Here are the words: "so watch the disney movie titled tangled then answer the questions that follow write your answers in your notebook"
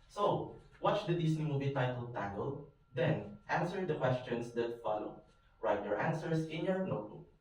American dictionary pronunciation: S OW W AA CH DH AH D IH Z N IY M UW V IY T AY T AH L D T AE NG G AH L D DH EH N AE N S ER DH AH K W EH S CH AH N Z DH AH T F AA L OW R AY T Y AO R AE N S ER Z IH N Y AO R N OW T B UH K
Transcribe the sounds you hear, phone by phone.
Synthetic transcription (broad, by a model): S OW W AA CH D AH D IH S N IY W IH B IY T AY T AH L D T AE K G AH L D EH N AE N S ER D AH K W EH S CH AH N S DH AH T F AA L OW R AY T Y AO R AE N S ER S IH N Y AO R N OW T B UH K